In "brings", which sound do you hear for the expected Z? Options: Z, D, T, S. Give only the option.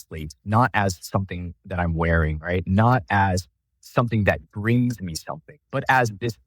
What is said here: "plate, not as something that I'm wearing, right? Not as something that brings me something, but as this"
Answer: Z